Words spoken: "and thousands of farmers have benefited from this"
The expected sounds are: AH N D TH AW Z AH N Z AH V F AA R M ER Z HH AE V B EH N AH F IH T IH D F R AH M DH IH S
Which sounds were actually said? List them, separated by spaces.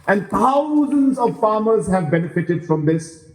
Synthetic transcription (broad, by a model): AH N D T AW Z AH N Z AH V F AA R M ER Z HH AE V B EH N AH F IH T IH D F R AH M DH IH S